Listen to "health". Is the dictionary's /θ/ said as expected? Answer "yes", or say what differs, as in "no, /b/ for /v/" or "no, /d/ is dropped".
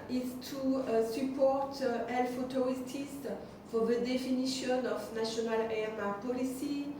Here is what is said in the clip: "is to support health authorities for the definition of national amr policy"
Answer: no, /f/ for /θ/